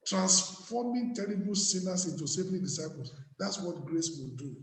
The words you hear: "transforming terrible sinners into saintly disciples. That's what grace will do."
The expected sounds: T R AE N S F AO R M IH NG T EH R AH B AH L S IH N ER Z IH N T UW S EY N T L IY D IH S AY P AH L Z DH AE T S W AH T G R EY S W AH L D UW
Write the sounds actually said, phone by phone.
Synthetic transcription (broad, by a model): T R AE N S F AO M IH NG T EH R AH B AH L S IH N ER S IH N T UW S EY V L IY D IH S AY P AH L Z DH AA T S W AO T G R EY S W AH L D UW